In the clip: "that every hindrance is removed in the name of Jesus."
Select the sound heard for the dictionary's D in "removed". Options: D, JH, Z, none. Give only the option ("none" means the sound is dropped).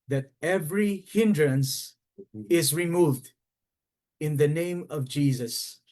D